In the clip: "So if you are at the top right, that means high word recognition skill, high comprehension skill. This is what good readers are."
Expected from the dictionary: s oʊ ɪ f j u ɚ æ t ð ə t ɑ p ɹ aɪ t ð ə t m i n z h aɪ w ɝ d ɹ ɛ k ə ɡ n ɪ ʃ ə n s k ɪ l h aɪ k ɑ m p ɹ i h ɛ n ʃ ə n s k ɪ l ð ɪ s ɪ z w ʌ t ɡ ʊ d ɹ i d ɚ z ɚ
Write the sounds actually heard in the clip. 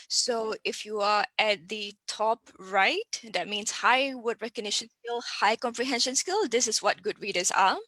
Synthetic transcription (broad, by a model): s oʊ ɪ f j u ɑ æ t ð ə t ɑ p ɹ aɪ t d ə t m i n s h aɪ w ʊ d ɹ ɛ k ə ɡ n ɪ ʃ ə n s k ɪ l h aɪ k ɑ m p ɹ i h ɛ n ʃ ə n s k ɪ l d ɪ s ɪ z w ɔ t ɡ ʊ d ɹ i d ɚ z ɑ